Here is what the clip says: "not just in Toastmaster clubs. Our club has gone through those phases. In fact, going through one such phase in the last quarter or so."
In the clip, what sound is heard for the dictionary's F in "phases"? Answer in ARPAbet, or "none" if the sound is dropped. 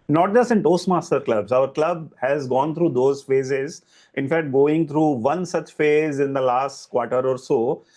F